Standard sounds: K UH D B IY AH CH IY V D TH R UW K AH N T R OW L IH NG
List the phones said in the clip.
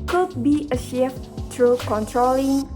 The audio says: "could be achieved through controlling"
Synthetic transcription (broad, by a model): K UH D B IY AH SH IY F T R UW K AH N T R OW L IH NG